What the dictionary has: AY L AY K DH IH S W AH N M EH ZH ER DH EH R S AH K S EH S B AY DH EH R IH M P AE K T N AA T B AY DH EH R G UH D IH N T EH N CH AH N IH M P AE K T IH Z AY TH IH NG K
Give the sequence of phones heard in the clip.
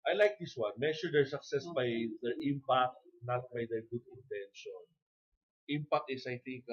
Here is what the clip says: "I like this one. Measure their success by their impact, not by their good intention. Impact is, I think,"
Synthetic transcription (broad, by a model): AY L AY K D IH S W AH N M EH SH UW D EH R S AH K S EH S B AY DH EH R IH M P AE K T N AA T B AY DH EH R G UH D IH N T EH N SH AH N IH M P AE K T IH S AY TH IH NG K